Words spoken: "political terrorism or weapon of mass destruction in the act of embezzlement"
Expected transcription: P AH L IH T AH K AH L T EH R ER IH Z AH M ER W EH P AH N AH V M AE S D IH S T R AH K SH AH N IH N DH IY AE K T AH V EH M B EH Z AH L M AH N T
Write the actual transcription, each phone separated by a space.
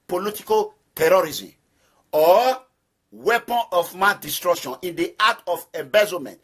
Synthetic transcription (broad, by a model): P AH L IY T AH K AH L T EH R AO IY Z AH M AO W EH P AH N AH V M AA D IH S T R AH K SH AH N IH N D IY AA T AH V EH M B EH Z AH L M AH N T